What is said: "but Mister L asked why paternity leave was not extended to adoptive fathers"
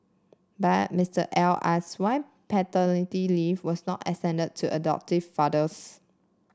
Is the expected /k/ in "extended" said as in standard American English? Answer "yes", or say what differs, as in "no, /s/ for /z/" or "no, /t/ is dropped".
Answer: no, /k/ is dropped